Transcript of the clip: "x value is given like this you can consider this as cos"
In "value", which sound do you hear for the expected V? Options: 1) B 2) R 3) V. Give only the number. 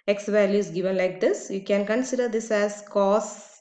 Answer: 3